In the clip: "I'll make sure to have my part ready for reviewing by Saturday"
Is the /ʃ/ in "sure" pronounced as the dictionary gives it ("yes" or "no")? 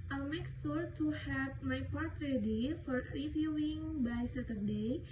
no